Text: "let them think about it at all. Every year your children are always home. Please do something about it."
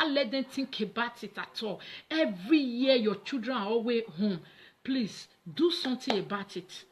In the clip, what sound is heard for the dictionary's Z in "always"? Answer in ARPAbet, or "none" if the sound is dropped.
none